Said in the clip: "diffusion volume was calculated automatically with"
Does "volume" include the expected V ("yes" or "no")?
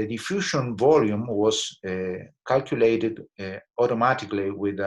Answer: yes